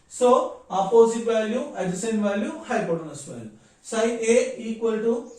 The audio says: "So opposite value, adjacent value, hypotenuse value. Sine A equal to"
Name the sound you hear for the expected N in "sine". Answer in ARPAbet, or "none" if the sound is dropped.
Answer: none